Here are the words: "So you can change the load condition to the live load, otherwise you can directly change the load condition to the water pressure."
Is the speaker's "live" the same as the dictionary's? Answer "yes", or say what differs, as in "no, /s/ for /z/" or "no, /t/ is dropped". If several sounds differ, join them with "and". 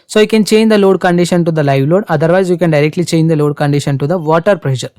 yes